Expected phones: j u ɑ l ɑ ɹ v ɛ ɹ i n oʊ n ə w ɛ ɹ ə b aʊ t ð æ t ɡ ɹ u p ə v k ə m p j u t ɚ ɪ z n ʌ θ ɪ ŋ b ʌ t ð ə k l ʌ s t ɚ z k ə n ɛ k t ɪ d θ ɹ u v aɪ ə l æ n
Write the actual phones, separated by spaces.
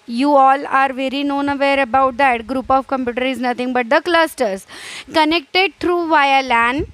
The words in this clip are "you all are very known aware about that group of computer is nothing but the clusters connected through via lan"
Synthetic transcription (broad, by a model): j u ɑ l ɑ ɹ v ɛ ɹ i n oʊ n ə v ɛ ɹ ə b aʊ t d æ t ɡ ɹ u p ə v k ə m p j u t ɚ ɪ z n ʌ t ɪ ŋ b ʌ t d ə k l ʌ s t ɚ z k ə n ɛ k t ɪ d t ɹ u v aɪ ə l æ n